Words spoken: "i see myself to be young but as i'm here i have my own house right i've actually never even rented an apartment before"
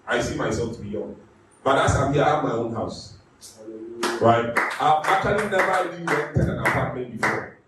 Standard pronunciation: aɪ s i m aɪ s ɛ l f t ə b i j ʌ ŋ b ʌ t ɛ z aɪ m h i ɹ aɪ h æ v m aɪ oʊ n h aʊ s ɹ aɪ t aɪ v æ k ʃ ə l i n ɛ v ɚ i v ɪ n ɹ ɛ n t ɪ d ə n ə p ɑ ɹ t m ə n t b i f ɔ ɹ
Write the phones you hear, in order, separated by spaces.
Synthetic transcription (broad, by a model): aɪ s i m aɪ s ɛ l f t ə b i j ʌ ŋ b ʌ t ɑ s aɪ m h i aɪ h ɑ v m aɪ oʊ n h aʊ s ɹ aɪ t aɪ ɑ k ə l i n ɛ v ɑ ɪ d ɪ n w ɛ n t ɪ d ə n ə p ɑ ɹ t m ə n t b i f ɔ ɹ